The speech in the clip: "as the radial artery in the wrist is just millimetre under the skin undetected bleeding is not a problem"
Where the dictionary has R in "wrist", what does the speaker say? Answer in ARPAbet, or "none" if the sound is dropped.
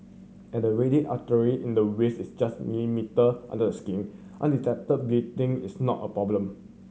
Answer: W